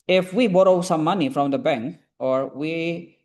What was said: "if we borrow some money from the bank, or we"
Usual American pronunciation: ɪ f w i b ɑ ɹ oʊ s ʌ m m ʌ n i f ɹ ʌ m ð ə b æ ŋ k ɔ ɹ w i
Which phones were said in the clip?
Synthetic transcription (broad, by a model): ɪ f w i b ɑ ɹ oʊ s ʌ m m ʌ n i f ɹ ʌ m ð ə b æ ŋ k ɔ ɹ w i